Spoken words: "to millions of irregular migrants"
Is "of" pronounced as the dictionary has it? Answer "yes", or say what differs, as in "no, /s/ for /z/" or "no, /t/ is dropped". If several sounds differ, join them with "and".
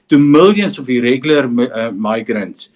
no, /f/ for /v/